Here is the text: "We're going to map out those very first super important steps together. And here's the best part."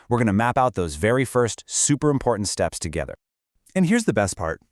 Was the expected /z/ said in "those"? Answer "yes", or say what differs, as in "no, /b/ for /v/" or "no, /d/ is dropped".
yes